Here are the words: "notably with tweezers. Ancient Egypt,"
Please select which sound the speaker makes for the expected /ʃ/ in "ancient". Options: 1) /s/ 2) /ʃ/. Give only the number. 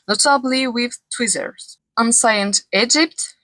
1